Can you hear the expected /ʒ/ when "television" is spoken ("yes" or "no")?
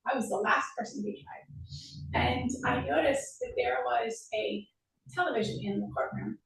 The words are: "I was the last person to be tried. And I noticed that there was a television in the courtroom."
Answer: yes